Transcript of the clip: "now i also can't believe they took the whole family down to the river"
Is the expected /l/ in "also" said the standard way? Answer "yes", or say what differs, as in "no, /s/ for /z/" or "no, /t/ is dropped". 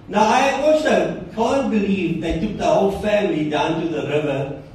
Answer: no, /w/ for /l/